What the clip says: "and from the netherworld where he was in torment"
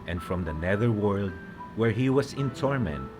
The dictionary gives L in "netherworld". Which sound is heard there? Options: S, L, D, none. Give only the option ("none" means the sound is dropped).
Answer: L